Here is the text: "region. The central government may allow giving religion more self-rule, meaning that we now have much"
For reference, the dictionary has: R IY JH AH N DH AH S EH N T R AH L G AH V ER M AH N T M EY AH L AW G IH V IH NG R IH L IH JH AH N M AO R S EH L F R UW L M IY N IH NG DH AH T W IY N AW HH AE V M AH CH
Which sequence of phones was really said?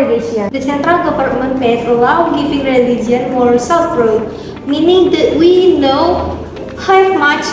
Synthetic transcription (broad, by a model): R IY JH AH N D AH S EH N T R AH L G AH P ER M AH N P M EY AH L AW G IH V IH NG R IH L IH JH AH N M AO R S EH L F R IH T M IY N IH NG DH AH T W IY N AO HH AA M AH CH